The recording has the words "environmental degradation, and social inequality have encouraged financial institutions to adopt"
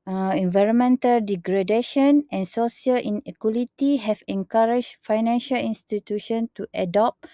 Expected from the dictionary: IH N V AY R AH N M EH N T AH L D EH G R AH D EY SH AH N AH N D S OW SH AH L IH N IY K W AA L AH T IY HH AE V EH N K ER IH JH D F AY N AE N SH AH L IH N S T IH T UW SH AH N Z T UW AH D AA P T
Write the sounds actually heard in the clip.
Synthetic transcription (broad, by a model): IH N V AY R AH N M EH N T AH L D EH G R AH D EY SH AH N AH N S OW S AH L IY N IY K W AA L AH T IY HH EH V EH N K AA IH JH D F AY N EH N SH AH L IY N S T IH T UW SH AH N T UW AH D AA P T